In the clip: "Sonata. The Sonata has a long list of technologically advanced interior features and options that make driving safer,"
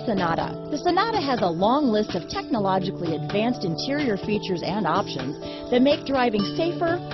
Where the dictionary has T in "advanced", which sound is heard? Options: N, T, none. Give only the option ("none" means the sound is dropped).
T